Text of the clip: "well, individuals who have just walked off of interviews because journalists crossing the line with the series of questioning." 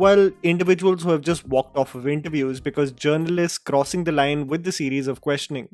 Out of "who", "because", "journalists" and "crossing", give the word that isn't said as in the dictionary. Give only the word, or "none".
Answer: none